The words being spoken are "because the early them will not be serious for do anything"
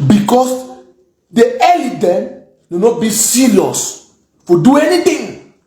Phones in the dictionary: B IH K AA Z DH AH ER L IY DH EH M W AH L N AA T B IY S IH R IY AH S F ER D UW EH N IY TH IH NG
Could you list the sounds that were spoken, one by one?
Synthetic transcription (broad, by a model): B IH K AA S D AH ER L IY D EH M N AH N AA T B IY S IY L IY S F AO D UW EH N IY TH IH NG